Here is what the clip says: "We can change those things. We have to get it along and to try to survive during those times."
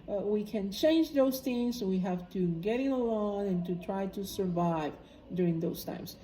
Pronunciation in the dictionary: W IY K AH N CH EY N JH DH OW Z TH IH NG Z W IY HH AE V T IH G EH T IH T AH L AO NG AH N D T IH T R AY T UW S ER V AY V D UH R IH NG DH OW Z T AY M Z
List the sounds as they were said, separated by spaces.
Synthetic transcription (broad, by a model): W IY K AH N CH EY N JH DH OW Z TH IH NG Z W IY HH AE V T IH G EH T IH T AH L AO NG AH N T IH T R AY T UW S ER V AY V D UH R IH NG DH OW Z T AY M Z